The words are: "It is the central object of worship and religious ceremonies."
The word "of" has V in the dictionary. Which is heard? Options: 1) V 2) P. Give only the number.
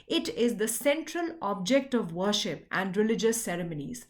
1